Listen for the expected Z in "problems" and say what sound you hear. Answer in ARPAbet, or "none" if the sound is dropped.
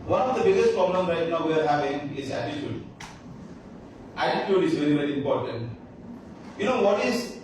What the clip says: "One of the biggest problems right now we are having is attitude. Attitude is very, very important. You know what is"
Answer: none